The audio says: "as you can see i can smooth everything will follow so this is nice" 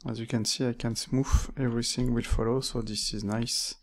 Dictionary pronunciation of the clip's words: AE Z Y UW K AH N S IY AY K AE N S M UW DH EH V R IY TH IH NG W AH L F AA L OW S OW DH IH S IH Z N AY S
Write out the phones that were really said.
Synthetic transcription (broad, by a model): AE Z Y UW K AH N S IY AY K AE N S M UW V EH V R IY TH IH NG W AH L F AA L OW S OW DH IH S IH Z N AY S